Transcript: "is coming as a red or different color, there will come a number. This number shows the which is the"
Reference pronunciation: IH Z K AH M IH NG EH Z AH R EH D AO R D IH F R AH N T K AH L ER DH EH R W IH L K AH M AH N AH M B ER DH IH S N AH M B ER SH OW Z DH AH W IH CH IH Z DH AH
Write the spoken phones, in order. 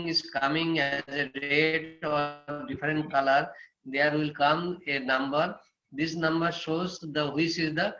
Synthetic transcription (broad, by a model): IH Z K AH M IH NG EH Z AH R EH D AO R D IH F R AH N T K AH L ER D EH R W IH L K AH M AH N AH M B ER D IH S N AH M B ER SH OW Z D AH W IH S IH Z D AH